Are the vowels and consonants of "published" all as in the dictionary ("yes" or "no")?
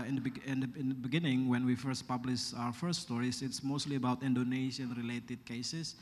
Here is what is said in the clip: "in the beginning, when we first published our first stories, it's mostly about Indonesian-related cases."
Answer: no